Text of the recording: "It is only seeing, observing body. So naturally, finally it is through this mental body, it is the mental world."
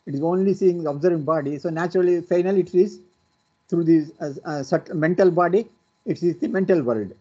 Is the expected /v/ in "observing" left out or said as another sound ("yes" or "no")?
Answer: no